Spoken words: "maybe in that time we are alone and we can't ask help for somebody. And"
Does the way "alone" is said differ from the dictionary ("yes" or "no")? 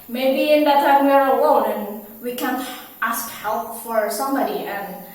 yes